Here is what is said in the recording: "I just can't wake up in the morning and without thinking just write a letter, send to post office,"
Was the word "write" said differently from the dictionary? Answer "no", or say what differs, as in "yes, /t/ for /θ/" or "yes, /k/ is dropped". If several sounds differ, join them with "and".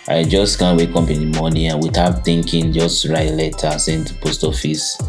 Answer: yes, /t/ is dropped